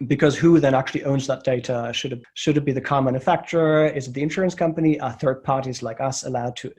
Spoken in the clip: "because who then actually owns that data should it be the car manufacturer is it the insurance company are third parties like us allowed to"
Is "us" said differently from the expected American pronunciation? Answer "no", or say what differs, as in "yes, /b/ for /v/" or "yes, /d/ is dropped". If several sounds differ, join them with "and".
no